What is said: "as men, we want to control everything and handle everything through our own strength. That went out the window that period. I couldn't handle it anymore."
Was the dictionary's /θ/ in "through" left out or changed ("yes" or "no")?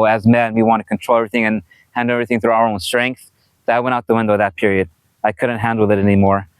no